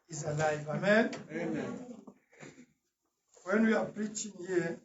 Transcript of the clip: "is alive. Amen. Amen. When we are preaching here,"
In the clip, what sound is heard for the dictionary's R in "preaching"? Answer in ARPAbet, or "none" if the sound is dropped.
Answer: R